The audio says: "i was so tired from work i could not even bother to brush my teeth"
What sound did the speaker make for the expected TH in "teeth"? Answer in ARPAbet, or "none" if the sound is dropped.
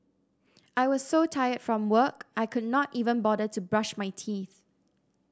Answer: TH